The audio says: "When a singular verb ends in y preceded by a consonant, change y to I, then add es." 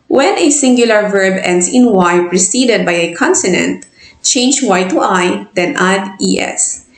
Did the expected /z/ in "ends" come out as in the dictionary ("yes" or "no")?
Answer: no